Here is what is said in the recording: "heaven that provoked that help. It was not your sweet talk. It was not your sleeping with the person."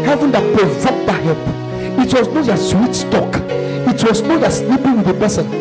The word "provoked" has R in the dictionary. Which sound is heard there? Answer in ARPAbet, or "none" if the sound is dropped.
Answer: none